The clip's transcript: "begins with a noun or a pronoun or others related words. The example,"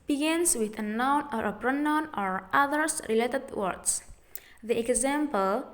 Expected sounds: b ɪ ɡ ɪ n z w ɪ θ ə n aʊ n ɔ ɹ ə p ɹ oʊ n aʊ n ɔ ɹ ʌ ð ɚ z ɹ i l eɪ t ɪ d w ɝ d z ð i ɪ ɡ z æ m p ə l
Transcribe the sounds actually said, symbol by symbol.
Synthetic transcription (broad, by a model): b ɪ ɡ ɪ n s w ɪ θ ə n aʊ n ɔ ɹ ə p ɹ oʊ n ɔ n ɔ ɹ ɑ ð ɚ s ɹ i l eɪ t ɪ d w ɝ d s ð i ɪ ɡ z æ m p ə l